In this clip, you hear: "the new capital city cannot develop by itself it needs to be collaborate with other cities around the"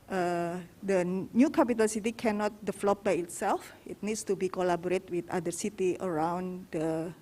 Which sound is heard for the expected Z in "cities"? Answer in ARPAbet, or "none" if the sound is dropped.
none